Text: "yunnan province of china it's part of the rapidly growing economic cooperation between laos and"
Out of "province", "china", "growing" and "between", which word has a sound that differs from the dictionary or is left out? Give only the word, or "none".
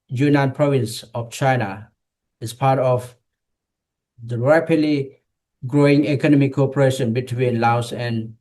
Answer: none